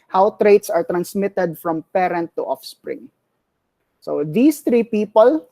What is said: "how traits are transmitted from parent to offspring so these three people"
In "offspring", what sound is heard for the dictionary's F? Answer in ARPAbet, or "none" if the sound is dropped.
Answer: F